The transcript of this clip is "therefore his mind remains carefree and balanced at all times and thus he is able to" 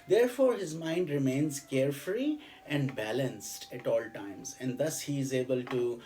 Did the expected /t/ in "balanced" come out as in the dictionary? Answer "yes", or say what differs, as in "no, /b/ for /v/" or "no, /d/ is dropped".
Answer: yes